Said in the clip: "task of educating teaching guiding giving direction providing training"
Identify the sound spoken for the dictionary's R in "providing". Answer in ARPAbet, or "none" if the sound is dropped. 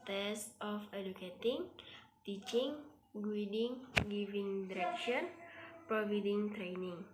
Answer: none